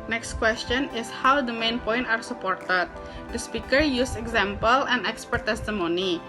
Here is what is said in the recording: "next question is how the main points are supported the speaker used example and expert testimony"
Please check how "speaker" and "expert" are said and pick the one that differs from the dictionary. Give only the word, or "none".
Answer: none